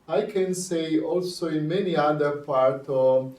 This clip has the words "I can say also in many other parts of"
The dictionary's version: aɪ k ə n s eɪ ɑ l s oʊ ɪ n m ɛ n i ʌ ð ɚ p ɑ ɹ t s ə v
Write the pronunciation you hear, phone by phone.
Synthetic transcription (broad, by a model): aɪ k ə n s eɪ ɑ l s oʊ ɪ n m ɛ n i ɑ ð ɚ p ɑ ɹ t ə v